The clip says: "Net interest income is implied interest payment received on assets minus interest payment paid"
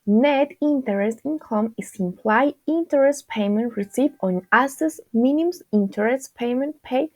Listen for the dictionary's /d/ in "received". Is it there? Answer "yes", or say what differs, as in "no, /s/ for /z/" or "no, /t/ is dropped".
no, /d/ is dropped